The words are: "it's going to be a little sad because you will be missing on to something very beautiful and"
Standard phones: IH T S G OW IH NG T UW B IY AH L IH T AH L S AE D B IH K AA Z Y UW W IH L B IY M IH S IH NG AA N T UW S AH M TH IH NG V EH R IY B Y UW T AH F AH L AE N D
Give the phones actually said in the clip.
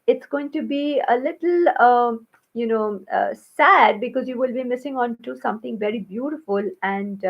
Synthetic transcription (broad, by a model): IH T S G OW IH NG T UW B IY AH L IH T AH N S AE D B IH K AA Z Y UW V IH L B IY M IH S IH NG AA N T UW S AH M T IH NG V EH R IY B Y UW T AH F AH L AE N D